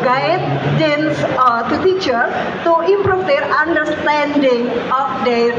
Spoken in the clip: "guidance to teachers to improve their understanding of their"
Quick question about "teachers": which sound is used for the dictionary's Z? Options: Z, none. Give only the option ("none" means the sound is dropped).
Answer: none